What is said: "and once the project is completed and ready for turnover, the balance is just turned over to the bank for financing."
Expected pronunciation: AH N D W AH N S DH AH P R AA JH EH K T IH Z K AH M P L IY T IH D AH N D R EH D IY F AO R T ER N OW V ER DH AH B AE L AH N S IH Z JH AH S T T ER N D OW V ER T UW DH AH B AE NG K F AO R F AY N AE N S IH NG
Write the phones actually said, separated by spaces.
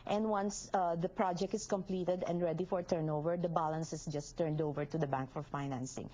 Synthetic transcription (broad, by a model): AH N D W AH N S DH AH P R AA JH EH K T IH S K AH M P L IY T IH D AH N D R EH D IY F AO R T ER N OW V ER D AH B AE L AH N S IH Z JH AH S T T ER N D OW V ER T UW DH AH B AE NG K F AO R F AY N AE N S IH NG